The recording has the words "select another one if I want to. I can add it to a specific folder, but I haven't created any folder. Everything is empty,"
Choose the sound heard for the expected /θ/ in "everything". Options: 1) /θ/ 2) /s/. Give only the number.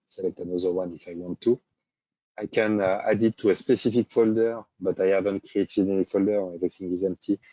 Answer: 2